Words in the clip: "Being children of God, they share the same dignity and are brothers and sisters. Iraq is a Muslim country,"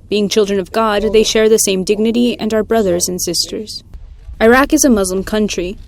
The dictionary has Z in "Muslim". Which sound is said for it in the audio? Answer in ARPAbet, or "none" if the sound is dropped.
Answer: Z